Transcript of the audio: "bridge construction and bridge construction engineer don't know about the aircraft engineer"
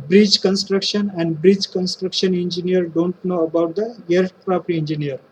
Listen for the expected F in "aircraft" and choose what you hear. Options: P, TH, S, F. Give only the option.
P